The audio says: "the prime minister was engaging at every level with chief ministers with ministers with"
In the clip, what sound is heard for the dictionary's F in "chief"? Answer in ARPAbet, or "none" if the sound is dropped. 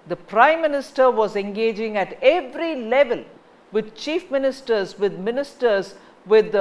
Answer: F